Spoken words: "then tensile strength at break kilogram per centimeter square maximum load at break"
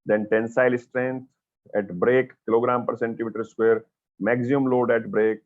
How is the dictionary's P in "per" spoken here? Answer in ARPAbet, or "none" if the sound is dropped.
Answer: P